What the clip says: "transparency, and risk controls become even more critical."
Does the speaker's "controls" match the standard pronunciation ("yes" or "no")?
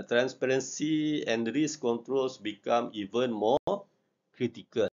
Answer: no